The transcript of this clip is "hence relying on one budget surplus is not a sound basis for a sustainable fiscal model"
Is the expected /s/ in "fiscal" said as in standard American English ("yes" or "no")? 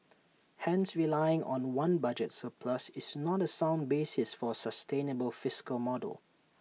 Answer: yes